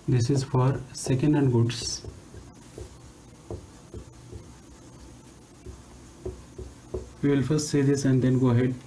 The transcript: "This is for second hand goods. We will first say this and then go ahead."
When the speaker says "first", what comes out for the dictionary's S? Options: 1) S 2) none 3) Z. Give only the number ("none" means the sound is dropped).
1